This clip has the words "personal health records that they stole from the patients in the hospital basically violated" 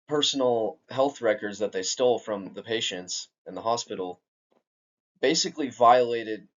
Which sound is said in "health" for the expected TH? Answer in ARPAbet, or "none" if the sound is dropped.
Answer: TH